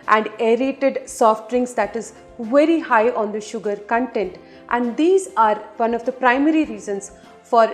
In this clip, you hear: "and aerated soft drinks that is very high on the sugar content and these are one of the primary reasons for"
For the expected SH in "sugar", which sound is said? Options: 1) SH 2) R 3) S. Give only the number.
1